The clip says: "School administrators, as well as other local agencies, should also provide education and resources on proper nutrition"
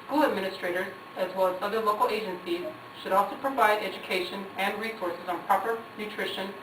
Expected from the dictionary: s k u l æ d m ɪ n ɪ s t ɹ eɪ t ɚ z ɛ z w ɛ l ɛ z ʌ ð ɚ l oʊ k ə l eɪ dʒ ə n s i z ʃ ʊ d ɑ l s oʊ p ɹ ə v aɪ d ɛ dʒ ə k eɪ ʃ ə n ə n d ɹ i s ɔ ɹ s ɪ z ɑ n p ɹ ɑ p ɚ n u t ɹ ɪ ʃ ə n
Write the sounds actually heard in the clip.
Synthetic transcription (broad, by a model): s k u l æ d m ɪ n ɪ s t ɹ eɪ t ɚ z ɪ z w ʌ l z ʌ ð ɚ l oʊ k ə l eɪ dʒ ə n s i z ʃ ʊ d ɑ l s oʊ p ɹ ə v aɪ d ɛ dʒ ə k eɪ ʃ ə n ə n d ɹ i s ɔ ɹ s ɪ z n p ɹ ɑ p ɚ n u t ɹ ɪ ʃ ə n